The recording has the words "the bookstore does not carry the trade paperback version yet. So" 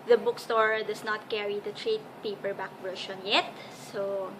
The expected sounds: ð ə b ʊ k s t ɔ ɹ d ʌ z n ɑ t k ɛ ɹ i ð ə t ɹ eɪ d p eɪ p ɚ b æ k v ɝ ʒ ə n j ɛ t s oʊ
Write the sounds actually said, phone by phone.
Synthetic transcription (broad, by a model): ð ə b ʊ k s t ɔ ɹ d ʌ s n ɑ t k ɛ ɹ i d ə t ɹ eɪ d p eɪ p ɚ b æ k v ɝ ʃ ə n j ɛ t s oʊ